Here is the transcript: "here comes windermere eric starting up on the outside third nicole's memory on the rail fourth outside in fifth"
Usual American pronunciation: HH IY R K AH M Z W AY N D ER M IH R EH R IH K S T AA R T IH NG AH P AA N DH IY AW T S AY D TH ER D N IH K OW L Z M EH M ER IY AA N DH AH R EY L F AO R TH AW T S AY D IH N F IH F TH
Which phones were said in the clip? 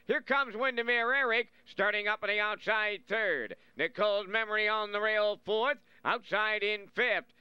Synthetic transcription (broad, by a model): HH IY R K AH M Z W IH N D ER M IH R EH R IH K S T AA R T IH NG AH P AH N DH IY AW T S AY D TH ER D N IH K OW L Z M EH M ER IY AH N DH AH R EY L F AO R TH AW T S AY D IH N F IH F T